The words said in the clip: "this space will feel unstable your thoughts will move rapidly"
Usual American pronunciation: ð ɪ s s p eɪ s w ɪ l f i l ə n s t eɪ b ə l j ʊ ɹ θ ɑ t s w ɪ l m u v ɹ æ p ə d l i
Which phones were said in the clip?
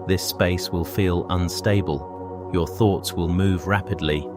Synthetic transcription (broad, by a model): ð ɪ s s p eɪ s w ɪ l f i l ə n s t eɪ b ə l j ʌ ɹ θ ɑ t s w ɪ l m u v ɹ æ p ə d l i